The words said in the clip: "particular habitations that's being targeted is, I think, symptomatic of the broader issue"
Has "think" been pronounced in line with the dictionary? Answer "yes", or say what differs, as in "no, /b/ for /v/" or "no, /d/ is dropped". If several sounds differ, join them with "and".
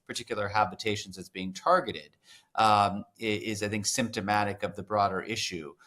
yes